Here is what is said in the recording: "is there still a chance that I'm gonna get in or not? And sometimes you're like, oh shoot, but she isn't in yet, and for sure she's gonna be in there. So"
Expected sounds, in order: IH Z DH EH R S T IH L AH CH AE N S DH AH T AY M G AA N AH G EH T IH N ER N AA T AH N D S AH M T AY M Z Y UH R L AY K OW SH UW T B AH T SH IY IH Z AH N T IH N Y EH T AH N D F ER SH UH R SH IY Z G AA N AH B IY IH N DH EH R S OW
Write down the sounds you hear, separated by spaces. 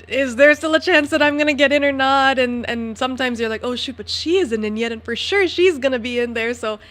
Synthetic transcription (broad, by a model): IH Z DH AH R S T IH L AH CH AE N S DH AH T AY M G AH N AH G EH T IH N ER N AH T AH N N S AH M T AY M Z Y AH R L AY K OW SH UW T B AH T SH IY IH Z AH N T IH N Y EH T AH N F ER SH UH R SH IY Z G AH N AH B IY IH N DH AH R S OW